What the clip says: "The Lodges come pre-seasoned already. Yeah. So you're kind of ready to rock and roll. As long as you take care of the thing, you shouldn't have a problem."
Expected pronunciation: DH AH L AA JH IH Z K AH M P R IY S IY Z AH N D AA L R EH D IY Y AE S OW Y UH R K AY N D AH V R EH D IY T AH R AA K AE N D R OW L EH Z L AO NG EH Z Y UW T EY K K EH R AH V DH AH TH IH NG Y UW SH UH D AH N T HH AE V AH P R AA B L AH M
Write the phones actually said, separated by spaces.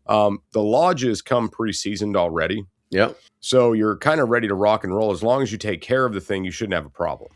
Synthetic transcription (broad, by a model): DH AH L AA JH IH Z K AH M P R IY S IY Z AH N D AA L R EH D IY Y AE S OW Y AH R K AY N D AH R EH D IY T AH R AA K N R OW L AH Z L AO NG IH Z Y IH T EY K K EH R AH V DH AH TH IH NG Y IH SH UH D N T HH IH V AH P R AA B L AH M